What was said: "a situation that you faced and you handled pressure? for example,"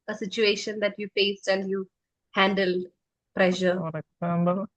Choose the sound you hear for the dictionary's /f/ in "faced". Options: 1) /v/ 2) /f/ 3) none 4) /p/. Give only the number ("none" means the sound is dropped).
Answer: 4